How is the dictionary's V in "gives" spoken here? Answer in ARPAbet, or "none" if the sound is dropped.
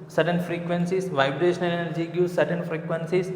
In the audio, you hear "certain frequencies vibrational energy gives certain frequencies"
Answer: none